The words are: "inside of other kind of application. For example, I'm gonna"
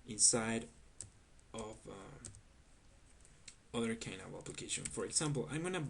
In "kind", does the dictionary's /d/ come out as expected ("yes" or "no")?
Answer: no